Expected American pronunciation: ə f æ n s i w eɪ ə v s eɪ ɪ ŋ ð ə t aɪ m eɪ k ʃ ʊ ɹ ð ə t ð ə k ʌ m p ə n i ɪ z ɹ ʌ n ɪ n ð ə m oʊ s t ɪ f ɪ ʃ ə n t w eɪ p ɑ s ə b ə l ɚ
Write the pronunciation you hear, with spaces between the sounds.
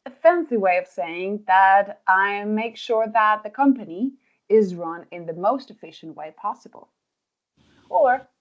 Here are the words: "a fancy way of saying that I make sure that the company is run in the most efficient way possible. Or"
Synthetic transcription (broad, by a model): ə f æ n s i w eɪ ə v s eɪ ɪ ŋ ð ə t aɪ m eɪ k ʃ ʊ ɹ ð ə t ð ə k ʌ m p ə n i ɪ z ɹ ʌ n ɪ n ð ə m oʊ s t ɪ f ɪ ʃ ə n t w eɪ p ɑ s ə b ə l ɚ